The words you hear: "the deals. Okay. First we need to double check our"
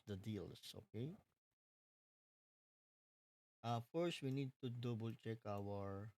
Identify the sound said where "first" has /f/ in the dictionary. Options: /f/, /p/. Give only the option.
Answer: /f/